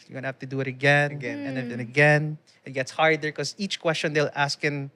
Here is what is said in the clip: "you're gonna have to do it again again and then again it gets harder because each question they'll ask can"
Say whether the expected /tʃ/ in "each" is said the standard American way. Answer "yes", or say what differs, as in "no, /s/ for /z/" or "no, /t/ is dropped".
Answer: yes